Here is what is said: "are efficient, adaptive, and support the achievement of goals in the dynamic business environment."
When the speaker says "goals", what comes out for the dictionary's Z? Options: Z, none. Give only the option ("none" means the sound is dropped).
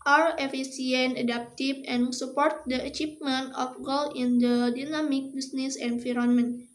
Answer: none